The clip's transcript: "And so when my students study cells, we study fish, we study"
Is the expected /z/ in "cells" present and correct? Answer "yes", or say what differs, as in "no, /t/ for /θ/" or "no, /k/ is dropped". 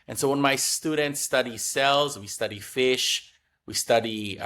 yes